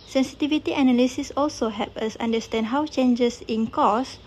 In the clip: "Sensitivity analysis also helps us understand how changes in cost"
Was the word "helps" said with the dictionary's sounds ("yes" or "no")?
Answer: no